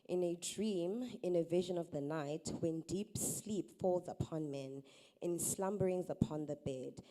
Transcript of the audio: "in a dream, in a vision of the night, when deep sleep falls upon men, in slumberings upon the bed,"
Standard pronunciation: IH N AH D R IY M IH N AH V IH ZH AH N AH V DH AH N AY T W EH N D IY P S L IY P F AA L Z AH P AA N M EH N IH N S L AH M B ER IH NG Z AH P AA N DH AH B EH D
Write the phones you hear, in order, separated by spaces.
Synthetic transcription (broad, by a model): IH N AH D R IY M IH N AH V IH ZH AH N AH V DH AH N AY T W EH N D IY P S L IY P F AA L Z AH P AA N M EH N IH N S L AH M B ER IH NG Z AH P AA N DH AH B EH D